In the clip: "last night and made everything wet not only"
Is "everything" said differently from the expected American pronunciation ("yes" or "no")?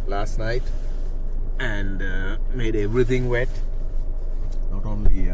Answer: yes